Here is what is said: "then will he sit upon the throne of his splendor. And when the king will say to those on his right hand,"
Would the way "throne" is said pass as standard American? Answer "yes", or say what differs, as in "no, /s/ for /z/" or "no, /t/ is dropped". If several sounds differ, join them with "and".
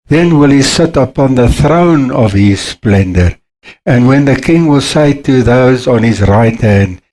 yes